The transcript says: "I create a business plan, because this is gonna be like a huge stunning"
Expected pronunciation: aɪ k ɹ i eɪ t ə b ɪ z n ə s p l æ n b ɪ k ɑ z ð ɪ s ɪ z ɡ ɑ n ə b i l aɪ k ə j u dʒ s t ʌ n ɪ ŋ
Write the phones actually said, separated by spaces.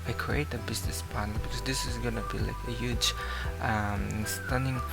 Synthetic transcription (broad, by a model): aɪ k ɹ i eɪ t ə b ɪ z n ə s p n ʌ l b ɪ k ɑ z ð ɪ s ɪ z ɡ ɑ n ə b i l aɪ k ə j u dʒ s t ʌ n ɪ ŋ